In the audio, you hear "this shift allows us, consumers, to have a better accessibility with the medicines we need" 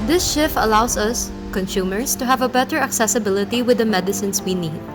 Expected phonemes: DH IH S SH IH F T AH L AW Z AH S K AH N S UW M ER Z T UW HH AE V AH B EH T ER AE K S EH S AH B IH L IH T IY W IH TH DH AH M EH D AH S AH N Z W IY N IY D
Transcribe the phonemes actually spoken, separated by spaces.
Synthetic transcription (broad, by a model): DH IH S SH IH F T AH L AW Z AH S K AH N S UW M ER S T UW HH AE V AH B EH T ER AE K S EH S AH B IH L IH T IY W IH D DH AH M EH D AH S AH N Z W IY N IY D